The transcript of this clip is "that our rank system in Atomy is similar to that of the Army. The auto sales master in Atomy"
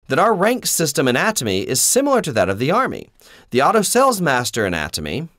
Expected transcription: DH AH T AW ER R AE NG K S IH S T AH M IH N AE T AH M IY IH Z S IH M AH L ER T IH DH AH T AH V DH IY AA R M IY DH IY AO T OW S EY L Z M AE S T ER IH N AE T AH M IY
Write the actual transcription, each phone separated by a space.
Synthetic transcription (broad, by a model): DH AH T AW ER R AE NG K S IH S T AH M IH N AE T AH M IY IH Z S IH M L ER T IH DH AH T AH V DH IY AA R M IY DH IY AO T OW S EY L Z M AE S T ER IH N AE T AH M IY